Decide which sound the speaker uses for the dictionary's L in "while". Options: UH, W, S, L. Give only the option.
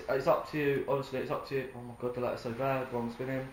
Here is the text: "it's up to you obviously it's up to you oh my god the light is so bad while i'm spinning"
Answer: W